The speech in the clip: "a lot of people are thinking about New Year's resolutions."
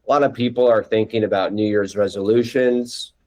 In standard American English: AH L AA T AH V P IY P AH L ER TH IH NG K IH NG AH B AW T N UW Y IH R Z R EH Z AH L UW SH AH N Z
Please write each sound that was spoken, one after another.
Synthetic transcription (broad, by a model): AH L AA T AH V P IY P L ER TH IH NG K IH NG AH B AW T N UW Y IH R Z R EH Z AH L UW SH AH N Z